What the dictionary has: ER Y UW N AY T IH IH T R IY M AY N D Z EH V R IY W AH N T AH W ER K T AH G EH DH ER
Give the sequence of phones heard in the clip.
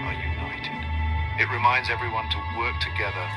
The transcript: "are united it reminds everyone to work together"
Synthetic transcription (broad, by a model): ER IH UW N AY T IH IH T R IY M AY N D Z EH V R IY W AH N T AH W ER K T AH G EH DH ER